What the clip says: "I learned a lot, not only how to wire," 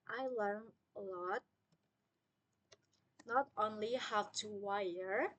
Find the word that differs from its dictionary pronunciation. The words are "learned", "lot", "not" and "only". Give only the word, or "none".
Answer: learned